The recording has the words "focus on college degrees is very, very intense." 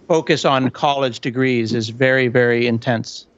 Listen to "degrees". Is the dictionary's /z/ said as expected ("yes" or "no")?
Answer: yes